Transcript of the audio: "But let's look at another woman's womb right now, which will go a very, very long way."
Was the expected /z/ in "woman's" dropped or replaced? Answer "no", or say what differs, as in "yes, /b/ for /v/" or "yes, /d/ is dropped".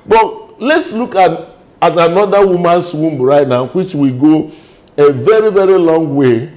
yes, /s/ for /z/